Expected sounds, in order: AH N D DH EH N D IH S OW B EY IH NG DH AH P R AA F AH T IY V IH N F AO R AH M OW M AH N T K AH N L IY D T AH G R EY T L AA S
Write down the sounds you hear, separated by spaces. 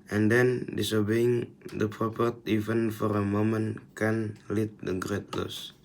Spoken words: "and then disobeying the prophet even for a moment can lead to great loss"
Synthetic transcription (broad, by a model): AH N D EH N D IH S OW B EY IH NG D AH P R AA P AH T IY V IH N F AO R AH M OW M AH N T K AH N L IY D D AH G R EY T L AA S